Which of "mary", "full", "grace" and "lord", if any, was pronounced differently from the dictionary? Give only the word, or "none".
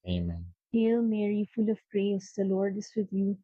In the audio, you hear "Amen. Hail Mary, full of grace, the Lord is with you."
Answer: none